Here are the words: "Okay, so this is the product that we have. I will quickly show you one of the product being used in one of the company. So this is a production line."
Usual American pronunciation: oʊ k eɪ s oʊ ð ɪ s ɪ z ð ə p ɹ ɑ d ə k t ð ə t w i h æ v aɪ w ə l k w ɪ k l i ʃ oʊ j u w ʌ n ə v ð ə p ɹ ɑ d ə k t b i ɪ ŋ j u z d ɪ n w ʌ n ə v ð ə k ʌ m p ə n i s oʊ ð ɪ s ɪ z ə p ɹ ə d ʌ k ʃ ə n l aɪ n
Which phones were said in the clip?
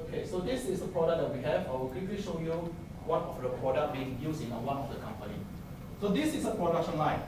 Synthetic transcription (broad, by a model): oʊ k eɪ s oʊ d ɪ s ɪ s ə p ɹ ɑ d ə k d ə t w i h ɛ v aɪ w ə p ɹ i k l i ʃ oʊ j u w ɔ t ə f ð ə p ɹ ɑ d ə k b i ɪ ŋ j u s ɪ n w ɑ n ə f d ə k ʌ m p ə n i s oʊ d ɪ s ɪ s ə p ɹ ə d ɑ k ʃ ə n l aɪ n